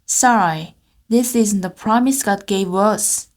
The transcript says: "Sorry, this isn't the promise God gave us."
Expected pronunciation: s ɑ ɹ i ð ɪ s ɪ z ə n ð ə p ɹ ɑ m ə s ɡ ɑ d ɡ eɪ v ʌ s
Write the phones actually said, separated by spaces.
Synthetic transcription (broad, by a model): s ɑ ɹ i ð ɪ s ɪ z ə n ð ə p ɹ ɑ m ə s ɡ ɑ d ɡ eɪ v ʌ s